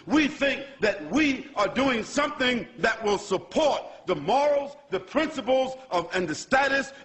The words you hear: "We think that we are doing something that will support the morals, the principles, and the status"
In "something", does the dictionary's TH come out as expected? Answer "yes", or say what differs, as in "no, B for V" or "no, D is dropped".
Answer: yes